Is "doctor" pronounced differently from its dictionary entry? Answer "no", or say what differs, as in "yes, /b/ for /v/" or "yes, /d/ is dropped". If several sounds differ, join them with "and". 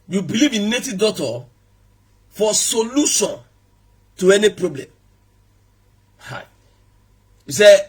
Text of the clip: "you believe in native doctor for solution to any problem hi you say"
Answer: yes, /k/ is dropped